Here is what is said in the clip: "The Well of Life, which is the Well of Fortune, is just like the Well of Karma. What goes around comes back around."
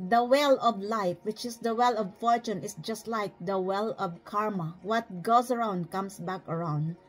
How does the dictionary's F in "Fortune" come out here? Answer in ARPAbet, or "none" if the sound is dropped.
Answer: F